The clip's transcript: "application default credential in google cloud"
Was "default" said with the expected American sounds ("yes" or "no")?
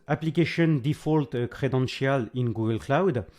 yes